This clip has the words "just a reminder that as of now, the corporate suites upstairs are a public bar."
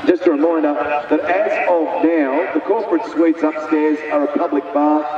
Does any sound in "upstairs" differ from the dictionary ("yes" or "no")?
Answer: no